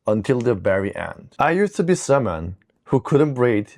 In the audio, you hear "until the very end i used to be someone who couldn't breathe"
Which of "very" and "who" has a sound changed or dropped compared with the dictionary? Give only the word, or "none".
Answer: very